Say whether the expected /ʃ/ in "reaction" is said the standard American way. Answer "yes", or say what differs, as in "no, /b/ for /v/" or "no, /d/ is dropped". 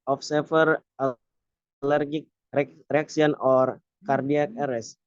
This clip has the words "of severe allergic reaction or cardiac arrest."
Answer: no, /s/ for /ʃ/